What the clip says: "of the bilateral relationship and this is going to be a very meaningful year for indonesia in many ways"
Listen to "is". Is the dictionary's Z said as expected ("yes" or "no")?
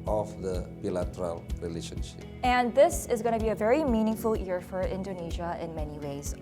yes